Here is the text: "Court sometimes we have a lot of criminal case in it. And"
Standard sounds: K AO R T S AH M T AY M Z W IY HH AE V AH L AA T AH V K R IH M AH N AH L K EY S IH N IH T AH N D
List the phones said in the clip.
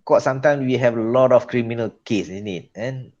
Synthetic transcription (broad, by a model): K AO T S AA M T AY M S W IY HH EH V AH L AA T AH F K R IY M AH N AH L K EY S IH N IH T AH N